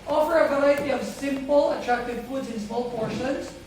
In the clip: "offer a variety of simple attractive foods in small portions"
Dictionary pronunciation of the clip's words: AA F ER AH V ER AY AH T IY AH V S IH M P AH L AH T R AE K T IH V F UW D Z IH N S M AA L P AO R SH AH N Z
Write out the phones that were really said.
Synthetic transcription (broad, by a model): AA F ER AH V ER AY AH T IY AH V S IH M P AH L AH T R AE K T IH V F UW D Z IH N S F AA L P AO R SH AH N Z